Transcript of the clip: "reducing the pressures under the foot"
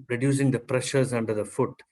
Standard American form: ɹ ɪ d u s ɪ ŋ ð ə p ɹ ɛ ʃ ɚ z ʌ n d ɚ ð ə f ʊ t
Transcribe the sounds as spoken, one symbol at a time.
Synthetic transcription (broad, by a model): ɹ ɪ d u s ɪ ŋ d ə p ɹ ɛ ʃ ɚ z ʌ n d ɚ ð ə f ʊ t